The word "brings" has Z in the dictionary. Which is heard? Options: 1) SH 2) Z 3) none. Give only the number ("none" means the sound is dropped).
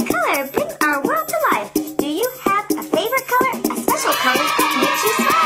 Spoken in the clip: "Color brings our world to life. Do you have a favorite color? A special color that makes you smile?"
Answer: 3